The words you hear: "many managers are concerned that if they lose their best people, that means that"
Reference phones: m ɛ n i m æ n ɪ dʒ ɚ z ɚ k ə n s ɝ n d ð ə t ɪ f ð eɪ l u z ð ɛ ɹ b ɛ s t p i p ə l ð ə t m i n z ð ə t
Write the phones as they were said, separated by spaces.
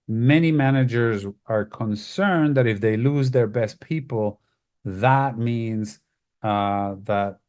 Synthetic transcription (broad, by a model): m ɛ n i m æ n ɪ dʒ ɚ z ɚ k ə n s ɝ n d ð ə t ɪ f ð eɪ l u z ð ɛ ɹ b ɛ s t p i p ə l ð ə t m i n z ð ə t